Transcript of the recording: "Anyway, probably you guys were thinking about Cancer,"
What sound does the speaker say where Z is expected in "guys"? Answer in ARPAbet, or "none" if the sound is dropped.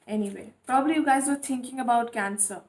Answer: Z